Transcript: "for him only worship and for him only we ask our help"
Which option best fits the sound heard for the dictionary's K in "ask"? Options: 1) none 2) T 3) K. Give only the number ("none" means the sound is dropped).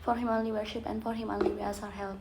1